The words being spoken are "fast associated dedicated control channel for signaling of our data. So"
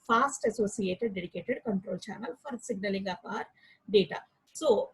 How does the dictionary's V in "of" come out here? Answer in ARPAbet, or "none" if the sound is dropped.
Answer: P